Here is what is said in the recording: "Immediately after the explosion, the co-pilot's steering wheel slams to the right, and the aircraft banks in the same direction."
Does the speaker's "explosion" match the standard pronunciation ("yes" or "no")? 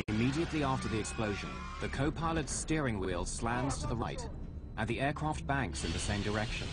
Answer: yes